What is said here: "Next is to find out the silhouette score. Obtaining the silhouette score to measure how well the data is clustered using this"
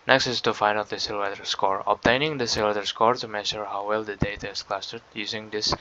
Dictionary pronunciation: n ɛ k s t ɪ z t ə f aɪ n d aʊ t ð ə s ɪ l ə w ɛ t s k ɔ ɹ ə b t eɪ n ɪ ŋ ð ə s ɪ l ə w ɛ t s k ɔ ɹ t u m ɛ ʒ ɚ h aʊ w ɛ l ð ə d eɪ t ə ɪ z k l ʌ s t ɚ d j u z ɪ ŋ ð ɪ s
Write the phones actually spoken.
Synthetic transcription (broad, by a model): n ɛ k s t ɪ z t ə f aɪ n aʊ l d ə s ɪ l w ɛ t s k ɔ ɹ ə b t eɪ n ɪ ŋ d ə s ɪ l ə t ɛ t s k ɔ ɹ t u m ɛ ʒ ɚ h aʊ w ɛ l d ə d eɪ t ə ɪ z k l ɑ s t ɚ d j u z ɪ ŋ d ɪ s